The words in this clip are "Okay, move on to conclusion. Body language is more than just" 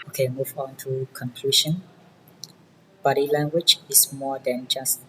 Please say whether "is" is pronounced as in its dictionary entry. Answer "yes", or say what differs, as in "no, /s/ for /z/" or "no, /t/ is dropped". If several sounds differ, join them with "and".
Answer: no, /s/ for /z/